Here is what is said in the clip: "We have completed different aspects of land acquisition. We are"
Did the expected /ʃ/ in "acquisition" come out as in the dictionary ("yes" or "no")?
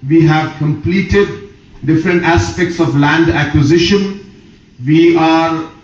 yes